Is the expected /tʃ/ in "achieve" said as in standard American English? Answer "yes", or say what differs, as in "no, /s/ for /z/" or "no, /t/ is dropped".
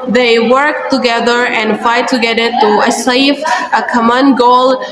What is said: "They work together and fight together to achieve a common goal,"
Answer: no, /s/ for /tʃ/